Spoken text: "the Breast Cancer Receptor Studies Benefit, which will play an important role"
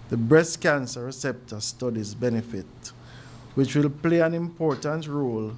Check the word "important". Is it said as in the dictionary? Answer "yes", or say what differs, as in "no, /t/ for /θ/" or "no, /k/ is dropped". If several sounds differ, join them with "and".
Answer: yes